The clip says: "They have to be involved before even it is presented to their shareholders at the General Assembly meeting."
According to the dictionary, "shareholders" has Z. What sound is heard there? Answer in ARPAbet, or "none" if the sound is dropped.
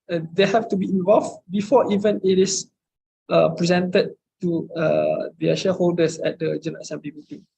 S